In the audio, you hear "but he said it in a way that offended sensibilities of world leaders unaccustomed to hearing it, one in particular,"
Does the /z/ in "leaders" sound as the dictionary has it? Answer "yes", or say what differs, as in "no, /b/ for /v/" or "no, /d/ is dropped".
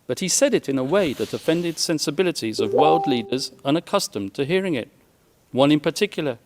yes